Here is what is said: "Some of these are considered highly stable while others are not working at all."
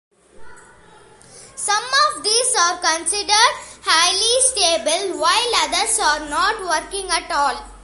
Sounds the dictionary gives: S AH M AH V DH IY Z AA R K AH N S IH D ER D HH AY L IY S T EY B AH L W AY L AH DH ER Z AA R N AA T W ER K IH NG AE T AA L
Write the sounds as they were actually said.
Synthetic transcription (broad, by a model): S AH M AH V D IY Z AA R K AH N S IH D ER D HH AY L IY S T EY B AH L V AY L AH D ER S AA R N AA T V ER K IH NG AE T AA L